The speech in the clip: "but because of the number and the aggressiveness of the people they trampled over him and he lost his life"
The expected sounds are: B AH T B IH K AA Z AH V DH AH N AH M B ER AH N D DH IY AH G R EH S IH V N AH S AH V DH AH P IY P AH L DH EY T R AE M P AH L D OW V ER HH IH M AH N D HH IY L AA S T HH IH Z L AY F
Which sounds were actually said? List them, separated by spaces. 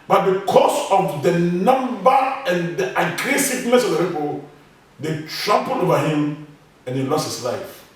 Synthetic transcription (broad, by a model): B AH T B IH K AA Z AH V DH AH N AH M B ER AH N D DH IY AH G R EH S IH V N AH S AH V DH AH P IY P AH L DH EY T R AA M P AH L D OW V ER HH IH M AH N HH IY L AA S T HH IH S L AY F